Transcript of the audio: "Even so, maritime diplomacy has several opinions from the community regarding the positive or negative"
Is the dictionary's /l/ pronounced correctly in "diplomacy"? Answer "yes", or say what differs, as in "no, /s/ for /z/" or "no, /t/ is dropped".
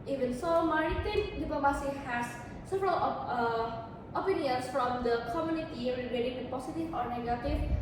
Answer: no, /l/ is dropped